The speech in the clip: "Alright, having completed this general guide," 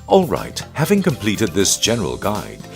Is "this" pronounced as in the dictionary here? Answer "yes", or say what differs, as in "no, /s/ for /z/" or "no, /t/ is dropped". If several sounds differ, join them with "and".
yes